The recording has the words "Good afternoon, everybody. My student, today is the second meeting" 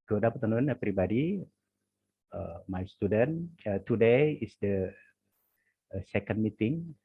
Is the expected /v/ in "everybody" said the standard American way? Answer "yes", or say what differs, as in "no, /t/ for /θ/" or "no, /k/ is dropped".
no, /p/ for /v/